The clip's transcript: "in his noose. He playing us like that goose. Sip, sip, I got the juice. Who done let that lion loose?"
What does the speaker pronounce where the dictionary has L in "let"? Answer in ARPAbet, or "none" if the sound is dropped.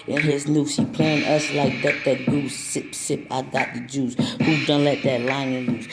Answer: L